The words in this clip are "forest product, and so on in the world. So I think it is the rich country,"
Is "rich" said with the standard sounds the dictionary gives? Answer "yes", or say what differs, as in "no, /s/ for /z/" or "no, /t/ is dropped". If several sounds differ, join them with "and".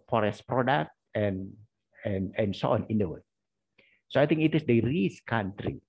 no, /s/ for /tʃ/